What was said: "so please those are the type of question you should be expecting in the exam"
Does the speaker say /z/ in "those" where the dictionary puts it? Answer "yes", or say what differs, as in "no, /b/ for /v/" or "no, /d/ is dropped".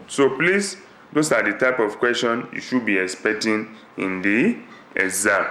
no, /s/ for /z/